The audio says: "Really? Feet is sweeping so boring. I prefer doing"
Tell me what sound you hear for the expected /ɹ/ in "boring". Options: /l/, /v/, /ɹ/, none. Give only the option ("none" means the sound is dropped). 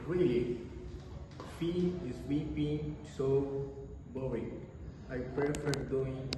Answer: none